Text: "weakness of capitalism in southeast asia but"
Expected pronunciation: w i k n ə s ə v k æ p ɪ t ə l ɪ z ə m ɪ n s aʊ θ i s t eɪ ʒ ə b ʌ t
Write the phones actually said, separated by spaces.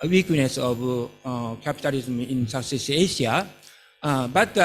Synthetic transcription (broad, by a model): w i k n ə s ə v k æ p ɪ t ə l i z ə m ɪ n s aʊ s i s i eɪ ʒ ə b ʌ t